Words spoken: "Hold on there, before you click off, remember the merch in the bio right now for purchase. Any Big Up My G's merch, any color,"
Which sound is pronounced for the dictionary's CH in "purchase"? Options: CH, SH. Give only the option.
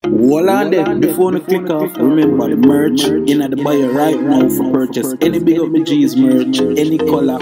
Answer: CH